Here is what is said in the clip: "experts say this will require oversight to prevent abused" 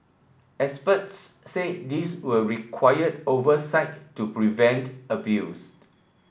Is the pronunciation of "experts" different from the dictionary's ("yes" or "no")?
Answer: yes